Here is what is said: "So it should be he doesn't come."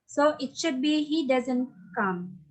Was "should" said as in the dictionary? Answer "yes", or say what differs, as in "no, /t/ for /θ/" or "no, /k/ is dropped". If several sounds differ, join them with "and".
yes